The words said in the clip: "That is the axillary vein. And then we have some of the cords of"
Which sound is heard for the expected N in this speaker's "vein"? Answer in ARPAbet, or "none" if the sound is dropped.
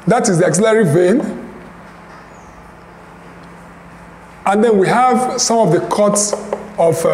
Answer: N